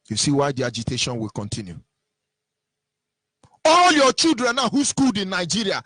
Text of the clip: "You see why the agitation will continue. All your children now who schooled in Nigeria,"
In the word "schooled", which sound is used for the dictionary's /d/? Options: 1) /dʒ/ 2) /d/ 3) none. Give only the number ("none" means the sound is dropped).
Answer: 2